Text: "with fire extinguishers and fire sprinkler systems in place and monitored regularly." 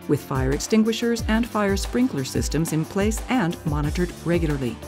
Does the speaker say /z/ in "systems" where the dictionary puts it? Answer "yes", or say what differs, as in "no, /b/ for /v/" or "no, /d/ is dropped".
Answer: yes